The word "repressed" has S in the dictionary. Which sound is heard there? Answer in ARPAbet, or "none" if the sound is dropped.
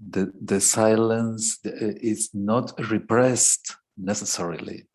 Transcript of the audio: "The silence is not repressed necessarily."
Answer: S